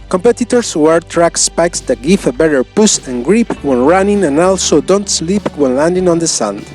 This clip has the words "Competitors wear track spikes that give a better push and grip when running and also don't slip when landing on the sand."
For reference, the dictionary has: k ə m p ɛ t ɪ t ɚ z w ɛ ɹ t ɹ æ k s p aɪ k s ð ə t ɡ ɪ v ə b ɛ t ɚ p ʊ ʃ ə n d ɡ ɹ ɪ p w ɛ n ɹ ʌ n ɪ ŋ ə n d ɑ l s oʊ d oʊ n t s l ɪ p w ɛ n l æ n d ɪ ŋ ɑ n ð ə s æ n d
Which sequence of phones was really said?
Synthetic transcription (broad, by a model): k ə m p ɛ t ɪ t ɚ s w ɛ ɹ t ɹ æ k s p aɪ k s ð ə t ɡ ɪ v ə b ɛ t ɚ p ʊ s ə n ɡ ɹ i p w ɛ n ɹ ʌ n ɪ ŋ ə n ɑ l s oʊ d oʊ n t s l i p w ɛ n l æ n d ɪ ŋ ɑ n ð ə s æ n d